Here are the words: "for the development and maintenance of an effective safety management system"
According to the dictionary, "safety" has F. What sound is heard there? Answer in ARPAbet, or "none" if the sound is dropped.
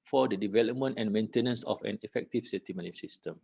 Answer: none